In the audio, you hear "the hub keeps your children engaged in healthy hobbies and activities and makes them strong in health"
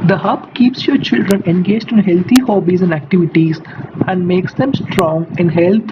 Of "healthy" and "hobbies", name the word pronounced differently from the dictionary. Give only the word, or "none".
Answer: healthy